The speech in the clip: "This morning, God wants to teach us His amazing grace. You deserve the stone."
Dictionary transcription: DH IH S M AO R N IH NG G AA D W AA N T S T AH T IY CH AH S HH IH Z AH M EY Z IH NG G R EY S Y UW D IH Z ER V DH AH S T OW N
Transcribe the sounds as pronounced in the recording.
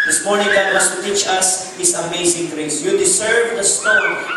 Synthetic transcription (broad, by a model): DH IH S M AO R N IH NG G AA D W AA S T AH T IY CH AH S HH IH S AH M EY S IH NG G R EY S Y UW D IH S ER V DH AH S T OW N